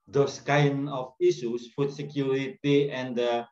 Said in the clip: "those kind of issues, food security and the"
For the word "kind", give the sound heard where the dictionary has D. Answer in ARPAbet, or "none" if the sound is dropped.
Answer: none